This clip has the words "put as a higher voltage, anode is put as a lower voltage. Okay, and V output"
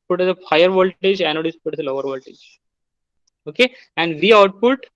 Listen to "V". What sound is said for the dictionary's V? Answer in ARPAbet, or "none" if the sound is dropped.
V